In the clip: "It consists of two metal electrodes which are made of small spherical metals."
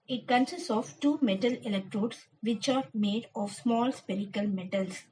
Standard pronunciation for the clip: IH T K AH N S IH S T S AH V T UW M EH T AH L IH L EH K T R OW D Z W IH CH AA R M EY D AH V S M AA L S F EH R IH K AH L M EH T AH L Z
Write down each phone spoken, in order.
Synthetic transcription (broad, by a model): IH T K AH N S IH S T AH V T UW M EH T AH L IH L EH K T R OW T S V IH CH AA R M EY D AH V S M AA L S P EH R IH K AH L M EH T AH L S